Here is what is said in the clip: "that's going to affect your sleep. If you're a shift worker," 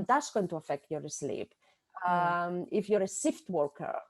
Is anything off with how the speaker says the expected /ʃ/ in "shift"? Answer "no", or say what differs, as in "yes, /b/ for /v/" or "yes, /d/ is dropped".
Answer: yes, /s/ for /ʃ/